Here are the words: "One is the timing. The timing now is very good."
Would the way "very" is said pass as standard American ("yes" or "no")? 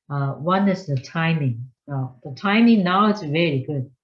no